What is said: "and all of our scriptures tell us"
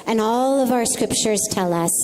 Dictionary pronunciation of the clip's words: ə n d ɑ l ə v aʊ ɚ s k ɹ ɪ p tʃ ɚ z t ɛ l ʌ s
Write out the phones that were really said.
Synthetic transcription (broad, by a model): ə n ɑ l ə v aʊ ɚ s k ɹ ɪ p tʃ ɚ z t ɛ l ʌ s